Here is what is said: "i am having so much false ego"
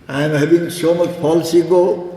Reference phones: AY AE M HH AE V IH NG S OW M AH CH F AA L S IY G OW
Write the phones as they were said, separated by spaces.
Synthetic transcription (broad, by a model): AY M HH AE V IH NG S OW M AH CH P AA L S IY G OW